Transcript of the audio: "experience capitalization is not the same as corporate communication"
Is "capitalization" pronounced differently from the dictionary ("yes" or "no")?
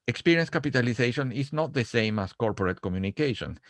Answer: yes